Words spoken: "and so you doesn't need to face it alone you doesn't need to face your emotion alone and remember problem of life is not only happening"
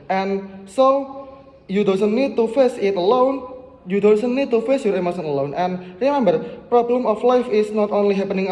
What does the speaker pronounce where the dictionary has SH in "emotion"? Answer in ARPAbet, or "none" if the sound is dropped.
S